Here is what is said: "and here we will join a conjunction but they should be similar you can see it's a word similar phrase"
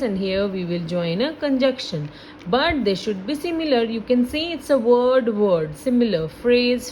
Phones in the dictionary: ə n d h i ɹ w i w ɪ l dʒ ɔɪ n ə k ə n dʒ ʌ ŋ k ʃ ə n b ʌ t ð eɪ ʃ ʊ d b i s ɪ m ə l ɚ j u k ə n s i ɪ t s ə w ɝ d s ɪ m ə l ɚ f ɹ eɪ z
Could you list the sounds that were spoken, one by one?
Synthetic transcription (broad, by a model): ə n d h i ɹ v i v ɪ l dʒ ɔɪ n ə k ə n dʒ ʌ k ʃ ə n b ʌ t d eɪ ʃ ʊ d b i s ɪ m ə l ɚ j u k ə n s i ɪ t s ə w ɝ d s ɪ m ə l ɚ f ɹ eɪ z